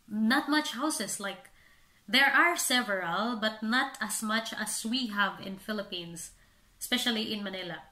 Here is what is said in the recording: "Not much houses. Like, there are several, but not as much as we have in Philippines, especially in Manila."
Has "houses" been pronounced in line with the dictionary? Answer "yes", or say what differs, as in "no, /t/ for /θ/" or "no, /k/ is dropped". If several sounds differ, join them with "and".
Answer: no, /s/ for /z/